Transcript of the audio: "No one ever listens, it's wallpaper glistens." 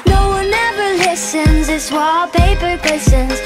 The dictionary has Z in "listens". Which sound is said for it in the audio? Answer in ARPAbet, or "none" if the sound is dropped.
Z